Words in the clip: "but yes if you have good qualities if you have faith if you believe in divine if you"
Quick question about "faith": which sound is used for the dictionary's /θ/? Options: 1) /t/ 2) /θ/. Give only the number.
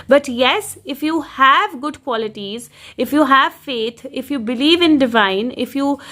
1